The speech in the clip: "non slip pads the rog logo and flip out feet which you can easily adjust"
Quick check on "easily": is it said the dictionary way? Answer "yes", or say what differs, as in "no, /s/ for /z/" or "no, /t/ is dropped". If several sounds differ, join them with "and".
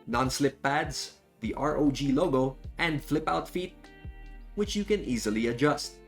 yes